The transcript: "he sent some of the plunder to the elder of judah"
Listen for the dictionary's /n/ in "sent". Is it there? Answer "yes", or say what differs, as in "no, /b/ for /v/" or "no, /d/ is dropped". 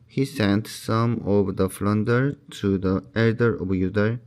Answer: yes